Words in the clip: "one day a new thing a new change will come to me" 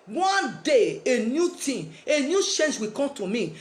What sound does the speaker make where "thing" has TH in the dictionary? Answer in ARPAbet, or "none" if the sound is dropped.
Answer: T